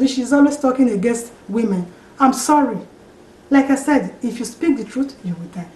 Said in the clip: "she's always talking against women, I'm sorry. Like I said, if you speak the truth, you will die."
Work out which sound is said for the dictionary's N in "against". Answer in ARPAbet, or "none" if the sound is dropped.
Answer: N